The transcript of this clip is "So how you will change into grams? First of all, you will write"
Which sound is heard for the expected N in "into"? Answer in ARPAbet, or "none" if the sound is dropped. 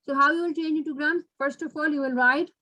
none